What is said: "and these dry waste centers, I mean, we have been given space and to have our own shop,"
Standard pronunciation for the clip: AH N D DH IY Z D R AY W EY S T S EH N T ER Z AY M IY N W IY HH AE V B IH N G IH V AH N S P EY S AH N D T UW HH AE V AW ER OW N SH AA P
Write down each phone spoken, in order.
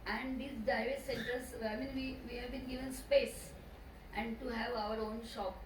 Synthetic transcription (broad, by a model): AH N D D IY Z D AY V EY T S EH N T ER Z AY M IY N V IY HH AE V B IH N G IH V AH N S P EY S AH N D T UW HH AE V AW ER OW N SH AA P